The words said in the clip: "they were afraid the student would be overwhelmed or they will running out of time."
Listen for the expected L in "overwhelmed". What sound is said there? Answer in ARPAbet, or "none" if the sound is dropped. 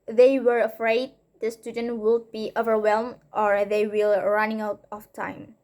L